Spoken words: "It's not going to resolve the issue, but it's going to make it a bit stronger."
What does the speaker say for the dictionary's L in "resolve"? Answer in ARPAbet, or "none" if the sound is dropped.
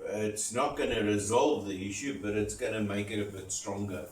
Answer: L